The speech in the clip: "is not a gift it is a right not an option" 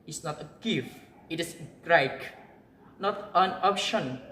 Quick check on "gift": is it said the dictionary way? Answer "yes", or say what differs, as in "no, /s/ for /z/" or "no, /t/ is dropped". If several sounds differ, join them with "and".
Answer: no, /t/ is dropped